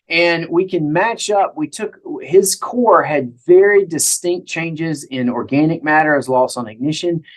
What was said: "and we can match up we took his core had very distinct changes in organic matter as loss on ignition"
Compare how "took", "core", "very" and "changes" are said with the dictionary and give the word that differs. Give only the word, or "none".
none